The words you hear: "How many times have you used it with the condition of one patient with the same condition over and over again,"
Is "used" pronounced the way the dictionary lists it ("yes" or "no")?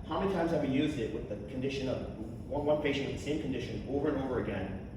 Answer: yes